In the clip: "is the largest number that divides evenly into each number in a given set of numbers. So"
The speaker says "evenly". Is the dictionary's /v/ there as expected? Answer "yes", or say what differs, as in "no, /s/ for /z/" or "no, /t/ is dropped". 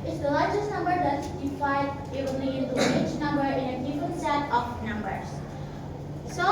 no, /v/ is dropped